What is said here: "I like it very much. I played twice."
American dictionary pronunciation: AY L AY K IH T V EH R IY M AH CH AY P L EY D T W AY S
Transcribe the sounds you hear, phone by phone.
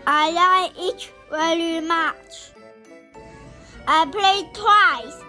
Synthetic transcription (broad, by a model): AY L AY IH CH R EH L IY M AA CH AY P L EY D T W AY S